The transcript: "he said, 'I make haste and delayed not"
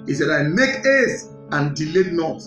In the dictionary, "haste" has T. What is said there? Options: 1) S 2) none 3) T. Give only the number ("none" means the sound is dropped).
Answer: 2